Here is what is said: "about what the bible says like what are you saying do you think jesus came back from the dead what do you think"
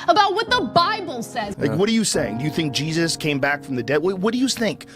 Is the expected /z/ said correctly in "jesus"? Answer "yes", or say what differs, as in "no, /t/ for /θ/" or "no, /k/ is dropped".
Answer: yes